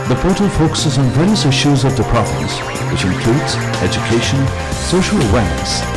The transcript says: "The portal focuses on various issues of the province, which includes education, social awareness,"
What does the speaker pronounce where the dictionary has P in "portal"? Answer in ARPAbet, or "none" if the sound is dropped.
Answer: F